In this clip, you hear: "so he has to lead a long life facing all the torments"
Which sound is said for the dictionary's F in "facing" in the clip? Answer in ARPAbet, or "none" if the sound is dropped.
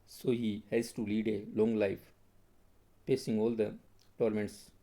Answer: P